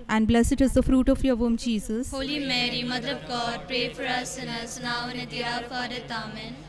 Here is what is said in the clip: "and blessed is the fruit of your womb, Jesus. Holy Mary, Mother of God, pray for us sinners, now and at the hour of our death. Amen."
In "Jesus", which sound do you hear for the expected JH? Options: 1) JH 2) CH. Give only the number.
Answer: 2